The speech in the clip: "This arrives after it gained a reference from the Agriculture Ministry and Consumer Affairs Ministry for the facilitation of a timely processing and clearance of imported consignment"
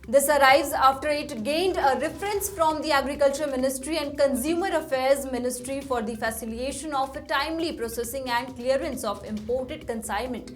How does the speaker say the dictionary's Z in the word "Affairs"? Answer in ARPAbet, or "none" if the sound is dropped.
Z